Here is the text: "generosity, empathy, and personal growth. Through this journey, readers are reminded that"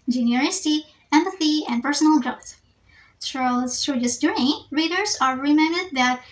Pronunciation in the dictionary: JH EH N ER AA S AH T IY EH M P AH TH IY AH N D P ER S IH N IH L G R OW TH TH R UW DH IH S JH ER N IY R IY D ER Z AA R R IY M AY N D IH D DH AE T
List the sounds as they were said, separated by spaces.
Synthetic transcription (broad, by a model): JH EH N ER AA S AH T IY EH M P AH TH IY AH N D P ER S IH N IH L G R OW TH S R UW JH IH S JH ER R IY R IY D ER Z AA R R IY M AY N D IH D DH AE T